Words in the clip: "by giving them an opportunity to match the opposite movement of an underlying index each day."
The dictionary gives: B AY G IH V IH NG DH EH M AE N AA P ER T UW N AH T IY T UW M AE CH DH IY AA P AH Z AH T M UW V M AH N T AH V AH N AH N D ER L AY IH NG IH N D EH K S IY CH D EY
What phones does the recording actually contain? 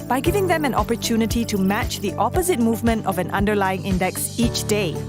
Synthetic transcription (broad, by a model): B AY G IH V IH NG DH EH M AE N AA P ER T UW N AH T IY T UW M AE CH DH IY AA P AH Z AH T M UW V M AH N T AH V AH N AH N D ER L AY IH NG IH N D EH K S IY CH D EY